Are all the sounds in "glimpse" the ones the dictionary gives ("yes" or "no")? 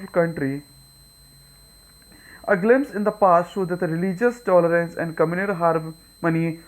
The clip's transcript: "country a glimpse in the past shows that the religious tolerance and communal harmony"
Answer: yes